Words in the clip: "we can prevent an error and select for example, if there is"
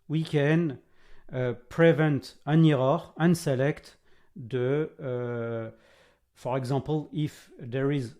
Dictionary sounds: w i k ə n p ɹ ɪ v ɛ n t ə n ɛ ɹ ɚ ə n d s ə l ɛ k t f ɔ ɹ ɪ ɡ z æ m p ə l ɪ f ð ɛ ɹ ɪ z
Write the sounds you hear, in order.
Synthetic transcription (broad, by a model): w i k ə n p ɹ ɪ v ɛ n t ə n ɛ ɹ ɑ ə n s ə l ɛ k t f ɔ ɹ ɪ ɡ z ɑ p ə l ɪ f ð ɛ ɹ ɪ z